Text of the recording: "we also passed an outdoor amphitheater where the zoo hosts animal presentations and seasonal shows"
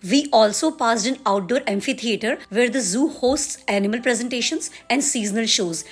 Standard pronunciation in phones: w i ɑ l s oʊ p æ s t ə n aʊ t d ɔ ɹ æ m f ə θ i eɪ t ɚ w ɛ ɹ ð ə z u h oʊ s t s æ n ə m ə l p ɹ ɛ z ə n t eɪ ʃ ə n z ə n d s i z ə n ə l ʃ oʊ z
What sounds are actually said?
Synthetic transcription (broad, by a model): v i ɑ l s oʊ p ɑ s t ə n aʊ t d ɔ ɹ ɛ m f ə t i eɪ t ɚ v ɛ ɹ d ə z u h oʊ s t s æ n ə m ə l p ɹ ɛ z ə n t eɪ ʃ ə n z ə n d s i z ə n ə l ʃ oʊ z